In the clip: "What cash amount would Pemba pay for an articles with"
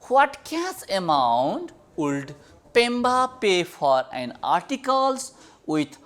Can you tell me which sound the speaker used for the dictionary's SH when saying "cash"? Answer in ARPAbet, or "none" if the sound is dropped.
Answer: S